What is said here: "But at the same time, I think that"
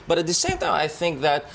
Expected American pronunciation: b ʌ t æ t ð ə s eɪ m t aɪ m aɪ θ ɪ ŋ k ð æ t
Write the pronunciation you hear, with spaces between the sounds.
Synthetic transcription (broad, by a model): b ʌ t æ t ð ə s eɪ m t aɪ m aɪ θ ɪ ŋ k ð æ t